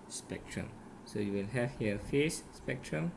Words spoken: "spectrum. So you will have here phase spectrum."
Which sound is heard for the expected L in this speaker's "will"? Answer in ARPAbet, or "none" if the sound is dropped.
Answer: N